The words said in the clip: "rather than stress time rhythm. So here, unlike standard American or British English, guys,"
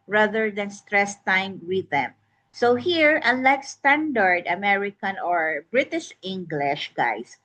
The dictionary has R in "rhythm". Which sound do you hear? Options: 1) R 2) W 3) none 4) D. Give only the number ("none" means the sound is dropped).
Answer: 2